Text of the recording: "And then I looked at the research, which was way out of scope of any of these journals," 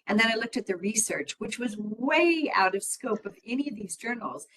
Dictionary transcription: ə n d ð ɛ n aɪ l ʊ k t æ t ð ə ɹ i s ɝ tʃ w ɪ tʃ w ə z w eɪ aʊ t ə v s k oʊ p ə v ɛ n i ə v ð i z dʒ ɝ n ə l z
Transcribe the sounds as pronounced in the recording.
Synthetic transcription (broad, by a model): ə n ð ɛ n aɪ l ʊ k t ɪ t ð ə ɹ i s ɝ tʃ w ɪ tʃ w ə z w eɪ aʊ t ə v s k oʊ p ə v ɛ n i ə v ð i z dʒ ɝ n l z